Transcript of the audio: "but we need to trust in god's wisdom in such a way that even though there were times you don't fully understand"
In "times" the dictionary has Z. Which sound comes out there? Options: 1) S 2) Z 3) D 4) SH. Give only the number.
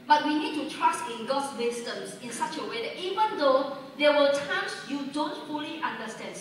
1